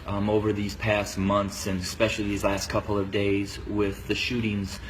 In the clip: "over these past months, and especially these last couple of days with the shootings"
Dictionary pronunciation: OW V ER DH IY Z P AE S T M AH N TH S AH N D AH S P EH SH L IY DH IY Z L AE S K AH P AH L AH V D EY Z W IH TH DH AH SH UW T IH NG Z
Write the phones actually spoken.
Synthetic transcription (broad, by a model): OW V ER DH IY Z P AE S T M AH N TH S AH N AH S P EH SH L IY DH IY Z L AE S K AH P L AH V D EY Z W IH DH AH SH UW T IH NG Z